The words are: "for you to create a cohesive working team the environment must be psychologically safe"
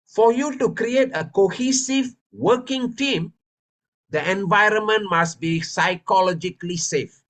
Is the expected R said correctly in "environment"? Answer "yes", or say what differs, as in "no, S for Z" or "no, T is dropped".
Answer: yes